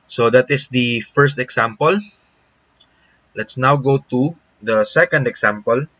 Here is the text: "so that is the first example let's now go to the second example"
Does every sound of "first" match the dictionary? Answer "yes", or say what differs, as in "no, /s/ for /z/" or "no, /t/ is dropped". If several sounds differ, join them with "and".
yes